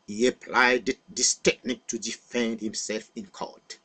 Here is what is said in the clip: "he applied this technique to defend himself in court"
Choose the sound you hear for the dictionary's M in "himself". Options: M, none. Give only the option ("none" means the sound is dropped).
M